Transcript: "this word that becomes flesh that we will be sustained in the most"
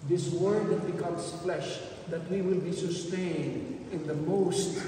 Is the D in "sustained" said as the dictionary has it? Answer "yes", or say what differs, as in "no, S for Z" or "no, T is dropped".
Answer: yes